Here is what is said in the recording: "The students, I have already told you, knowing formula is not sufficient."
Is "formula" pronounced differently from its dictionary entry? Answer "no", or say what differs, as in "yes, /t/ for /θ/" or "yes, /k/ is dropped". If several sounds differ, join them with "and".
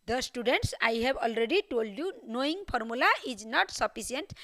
yes, /p/ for /f/